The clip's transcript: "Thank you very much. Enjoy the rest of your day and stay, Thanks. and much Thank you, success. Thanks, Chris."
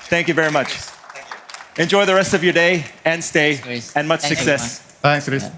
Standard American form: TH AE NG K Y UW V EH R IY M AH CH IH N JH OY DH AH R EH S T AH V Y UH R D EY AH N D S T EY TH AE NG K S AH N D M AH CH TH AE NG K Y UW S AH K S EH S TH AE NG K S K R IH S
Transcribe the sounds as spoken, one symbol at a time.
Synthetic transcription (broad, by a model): TH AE NG K Y UW V EH R IY M AH CH IH N JH OY DH AH R EH S T AH V Y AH R D EY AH N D S T EY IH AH N M AH CH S S AH K S EH S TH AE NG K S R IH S